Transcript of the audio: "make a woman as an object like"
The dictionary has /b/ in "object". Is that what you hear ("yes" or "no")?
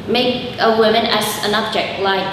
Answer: yes